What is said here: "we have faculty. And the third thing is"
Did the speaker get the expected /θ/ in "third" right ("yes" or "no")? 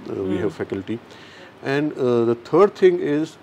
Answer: no